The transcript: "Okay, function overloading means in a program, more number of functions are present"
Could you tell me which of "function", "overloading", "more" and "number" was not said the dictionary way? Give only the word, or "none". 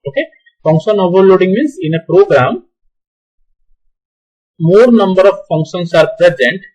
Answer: none